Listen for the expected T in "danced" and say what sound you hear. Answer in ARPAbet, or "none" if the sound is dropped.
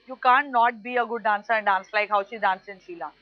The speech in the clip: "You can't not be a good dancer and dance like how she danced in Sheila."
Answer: none